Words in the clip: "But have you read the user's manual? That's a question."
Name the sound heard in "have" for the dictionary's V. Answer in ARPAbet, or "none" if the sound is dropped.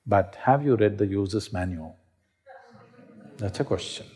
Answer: V